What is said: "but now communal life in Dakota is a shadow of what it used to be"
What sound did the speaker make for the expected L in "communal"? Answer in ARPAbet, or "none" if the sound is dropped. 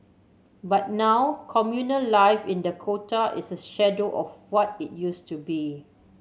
L